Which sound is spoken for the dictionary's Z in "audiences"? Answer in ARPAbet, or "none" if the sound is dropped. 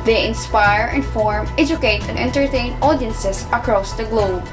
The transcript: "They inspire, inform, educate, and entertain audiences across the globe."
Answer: S